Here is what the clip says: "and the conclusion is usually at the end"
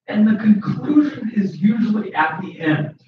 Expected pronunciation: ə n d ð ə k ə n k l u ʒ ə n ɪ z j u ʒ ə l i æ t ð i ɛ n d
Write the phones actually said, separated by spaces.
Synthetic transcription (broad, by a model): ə n ð ə k ə n k l u ʒ ə n ɪ z j u ʒ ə l i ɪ t ð i ɛ n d